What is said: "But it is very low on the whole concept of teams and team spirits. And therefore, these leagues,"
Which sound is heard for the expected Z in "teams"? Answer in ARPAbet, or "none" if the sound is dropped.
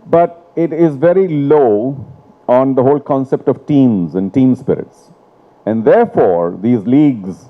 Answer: Z